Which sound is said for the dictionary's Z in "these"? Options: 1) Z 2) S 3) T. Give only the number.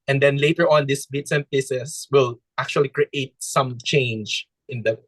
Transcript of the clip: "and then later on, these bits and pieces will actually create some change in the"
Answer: 2